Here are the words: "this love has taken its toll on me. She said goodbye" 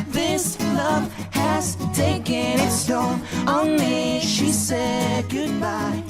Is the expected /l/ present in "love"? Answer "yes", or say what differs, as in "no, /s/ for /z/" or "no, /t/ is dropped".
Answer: yes